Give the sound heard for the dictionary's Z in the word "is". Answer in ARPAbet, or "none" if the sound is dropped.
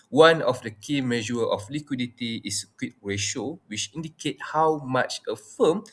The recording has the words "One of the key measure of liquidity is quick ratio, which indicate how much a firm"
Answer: S